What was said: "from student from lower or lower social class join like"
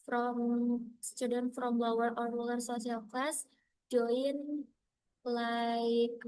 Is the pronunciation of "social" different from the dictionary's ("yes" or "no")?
yes